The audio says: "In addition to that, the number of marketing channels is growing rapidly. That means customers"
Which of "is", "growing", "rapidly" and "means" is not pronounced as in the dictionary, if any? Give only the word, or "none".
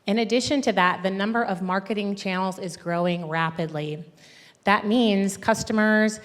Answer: none